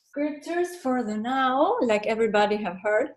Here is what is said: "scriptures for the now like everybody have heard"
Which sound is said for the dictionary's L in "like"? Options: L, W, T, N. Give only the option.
L